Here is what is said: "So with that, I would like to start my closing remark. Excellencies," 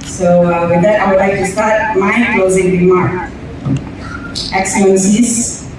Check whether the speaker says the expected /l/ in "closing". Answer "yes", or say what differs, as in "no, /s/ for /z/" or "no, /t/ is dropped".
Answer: yes